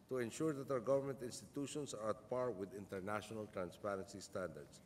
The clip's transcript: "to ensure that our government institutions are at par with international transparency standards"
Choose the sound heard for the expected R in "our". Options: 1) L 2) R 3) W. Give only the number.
3